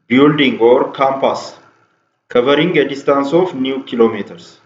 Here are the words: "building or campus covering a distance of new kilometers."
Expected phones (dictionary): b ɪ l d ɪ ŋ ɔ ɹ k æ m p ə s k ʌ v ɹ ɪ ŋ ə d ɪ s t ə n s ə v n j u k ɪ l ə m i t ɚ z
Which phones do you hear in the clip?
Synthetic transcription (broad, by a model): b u l d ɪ ŋ ɔ ɹ k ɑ m p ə s k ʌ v ɹ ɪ ŋ ə d ɪ s t ə n s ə f n j u k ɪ l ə m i t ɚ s